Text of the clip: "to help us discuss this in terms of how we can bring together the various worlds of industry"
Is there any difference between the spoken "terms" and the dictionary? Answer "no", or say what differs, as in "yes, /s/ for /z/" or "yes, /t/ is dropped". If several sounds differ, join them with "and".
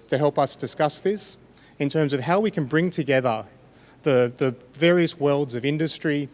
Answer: no